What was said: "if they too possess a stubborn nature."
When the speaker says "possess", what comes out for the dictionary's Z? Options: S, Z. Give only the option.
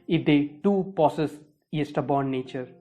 S